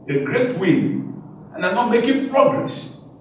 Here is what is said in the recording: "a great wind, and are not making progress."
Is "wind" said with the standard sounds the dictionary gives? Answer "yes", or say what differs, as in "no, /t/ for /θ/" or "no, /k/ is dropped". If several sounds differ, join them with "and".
no, /d/ is dropped